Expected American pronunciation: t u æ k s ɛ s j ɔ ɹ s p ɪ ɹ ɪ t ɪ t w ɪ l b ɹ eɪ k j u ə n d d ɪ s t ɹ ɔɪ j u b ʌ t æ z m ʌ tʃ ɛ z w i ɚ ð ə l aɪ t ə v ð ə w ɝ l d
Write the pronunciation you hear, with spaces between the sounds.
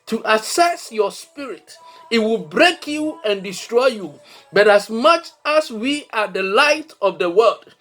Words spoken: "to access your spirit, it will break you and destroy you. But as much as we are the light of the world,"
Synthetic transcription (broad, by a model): t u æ s ɛ s j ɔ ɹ s p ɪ ɹ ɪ t ɪ t w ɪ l b ɹ eɪ k j u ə n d d ɪ s t ɹ ɔɪ j u b ʌ t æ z m ʌ tʃ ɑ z w i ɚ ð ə l aɪ t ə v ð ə w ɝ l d